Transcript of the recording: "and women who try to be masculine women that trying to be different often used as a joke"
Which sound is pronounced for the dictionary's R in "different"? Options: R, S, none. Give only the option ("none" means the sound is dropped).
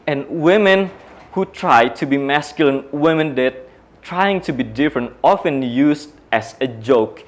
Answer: R